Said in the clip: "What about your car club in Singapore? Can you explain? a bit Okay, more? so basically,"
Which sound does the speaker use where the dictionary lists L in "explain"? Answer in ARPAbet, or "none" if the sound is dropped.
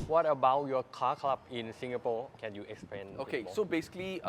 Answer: none